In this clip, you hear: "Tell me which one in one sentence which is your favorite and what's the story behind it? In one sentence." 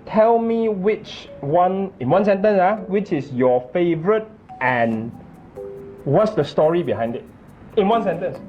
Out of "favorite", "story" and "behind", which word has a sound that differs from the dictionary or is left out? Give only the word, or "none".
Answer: none